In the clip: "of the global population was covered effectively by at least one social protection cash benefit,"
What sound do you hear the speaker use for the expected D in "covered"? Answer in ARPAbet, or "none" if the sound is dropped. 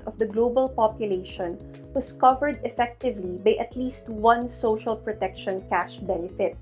D